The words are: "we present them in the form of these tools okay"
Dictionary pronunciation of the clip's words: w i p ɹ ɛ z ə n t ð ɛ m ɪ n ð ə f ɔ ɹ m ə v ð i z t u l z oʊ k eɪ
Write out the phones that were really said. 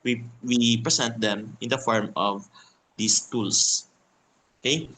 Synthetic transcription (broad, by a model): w i p ɹ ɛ s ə n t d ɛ m ɪ n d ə f ɔ ɹ m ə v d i s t u l s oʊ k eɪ